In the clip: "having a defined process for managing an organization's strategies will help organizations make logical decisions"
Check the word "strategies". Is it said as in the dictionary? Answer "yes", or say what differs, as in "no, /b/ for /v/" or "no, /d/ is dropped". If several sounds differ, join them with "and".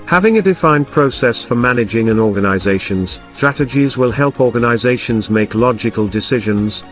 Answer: yes